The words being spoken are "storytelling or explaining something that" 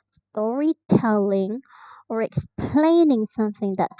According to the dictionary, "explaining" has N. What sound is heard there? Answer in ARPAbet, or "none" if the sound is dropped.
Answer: N